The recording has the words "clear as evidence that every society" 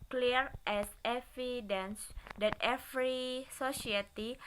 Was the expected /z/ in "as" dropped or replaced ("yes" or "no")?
yes